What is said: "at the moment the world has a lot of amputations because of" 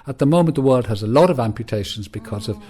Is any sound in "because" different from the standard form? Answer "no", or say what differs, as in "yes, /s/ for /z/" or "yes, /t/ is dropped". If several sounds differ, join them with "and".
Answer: no